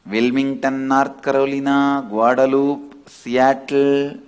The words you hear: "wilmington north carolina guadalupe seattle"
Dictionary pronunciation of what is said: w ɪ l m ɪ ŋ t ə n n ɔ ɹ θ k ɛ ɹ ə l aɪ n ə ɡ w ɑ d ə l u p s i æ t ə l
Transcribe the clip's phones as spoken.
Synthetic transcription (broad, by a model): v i l m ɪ ŋ t ə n n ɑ ɹ t k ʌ ɹ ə l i n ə ɡ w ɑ d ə l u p s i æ t l